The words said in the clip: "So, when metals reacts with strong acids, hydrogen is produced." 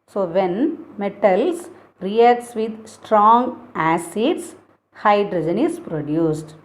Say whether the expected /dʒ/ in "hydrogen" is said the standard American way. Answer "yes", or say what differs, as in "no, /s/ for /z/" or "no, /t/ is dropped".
yes